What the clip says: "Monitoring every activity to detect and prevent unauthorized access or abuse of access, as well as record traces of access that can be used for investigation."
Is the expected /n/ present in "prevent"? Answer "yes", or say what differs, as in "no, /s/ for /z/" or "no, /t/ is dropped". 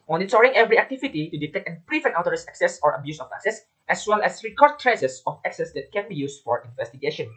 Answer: no, /n/ is dropped